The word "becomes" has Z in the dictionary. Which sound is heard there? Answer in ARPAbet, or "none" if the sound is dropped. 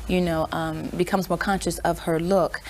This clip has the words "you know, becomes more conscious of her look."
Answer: Z